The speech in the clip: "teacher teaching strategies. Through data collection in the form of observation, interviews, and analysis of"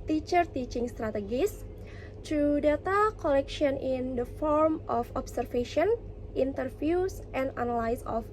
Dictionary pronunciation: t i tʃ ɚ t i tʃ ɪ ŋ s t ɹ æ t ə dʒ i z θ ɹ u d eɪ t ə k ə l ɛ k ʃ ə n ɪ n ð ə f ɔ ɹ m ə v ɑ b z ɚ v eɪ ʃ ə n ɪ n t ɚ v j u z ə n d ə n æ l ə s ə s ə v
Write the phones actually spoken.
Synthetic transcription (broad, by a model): t i tʃ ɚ t i tʃ ɪ ŋ s t ɹ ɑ t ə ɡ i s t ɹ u d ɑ t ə k ə l ɛ k ʃ ə n ɪ n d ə f ɔ ɹ m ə f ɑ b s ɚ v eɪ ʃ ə n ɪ n t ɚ f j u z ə n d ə n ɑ l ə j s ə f